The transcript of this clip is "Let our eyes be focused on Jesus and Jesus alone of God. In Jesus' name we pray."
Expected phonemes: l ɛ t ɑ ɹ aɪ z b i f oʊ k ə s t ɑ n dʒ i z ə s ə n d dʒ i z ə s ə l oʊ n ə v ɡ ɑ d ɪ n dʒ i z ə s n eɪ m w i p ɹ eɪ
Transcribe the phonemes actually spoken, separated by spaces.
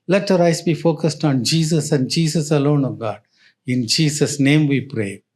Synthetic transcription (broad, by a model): l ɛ t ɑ ɹ aɪ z b i f oʊ k ə s t ɑ n dʒ i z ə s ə n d dʒ i s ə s ə l oʊ n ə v ɡ ɑ d ɪ n dʒ i s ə s n eɪ m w i p ɹ eɪ